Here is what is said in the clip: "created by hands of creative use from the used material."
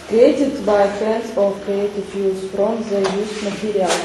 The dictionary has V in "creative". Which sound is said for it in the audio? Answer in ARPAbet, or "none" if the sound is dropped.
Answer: F